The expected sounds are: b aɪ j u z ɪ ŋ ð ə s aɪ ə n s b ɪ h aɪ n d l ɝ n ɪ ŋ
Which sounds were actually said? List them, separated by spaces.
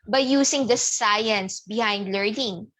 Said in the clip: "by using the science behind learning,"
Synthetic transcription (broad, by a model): b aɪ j u s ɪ ŋ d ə s aɪ ə n s b ɪ h aɪ n d l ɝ n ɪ ŋ